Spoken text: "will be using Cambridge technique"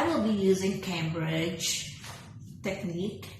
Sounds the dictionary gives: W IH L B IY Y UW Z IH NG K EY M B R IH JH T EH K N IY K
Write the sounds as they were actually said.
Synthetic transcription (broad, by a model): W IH L B IY Y UW Z IH NG K EY M B R IH JH T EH K N IY K